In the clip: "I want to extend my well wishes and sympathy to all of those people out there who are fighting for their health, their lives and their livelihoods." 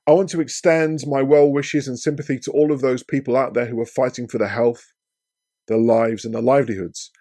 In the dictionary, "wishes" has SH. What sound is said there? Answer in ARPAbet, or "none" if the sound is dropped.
SH